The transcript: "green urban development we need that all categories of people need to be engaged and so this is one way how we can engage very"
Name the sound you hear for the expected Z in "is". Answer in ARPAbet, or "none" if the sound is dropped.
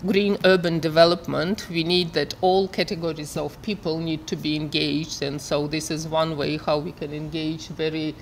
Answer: Z